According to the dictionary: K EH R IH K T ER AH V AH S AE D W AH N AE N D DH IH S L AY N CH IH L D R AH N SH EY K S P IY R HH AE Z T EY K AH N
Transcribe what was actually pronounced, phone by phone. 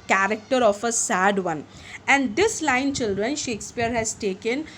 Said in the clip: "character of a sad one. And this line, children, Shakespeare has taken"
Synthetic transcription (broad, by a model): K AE R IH K T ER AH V AH S AE D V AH N AE N D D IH S L AY N CH IH L D R AH N SH EY K S P IY R HH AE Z T EY K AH N